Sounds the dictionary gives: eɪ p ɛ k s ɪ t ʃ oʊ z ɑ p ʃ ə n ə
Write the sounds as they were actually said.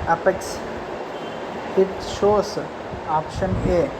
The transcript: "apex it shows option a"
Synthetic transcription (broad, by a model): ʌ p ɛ k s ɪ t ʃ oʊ s ɑ p ʃ ə n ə